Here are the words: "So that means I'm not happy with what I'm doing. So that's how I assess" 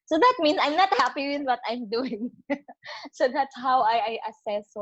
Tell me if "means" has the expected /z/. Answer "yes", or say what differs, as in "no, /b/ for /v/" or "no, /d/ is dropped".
no, /s/ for /z/